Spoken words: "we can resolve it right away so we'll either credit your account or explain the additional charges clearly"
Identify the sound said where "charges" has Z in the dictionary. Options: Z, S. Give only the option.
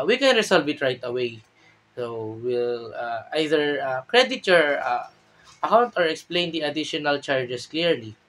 S